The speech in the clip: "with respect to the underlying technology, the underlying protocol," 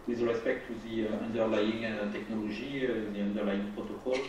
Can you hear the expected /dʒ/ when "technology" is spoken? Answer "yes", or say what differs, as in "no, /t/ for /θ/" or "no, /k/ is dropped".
no, /ʒ/ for /dʒ/